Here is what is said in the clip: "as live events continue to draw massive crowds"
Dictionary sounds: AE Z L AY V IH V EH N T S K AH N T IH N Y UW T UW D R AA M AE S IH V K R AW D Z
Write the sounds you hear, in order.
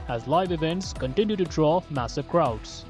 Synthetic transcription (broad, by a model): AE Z L AY V IH V EH N T S K AH N T IH N Y UW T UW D R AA M AE S IH V K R AW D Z